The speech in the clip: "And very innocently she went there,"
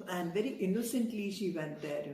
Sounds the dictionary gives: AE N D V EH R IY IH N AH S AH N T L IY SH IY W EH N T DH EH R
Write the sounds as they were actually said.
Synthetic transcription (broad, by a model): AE N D V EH R IY IH N AH S AH N T L IY SH IY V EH N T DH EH R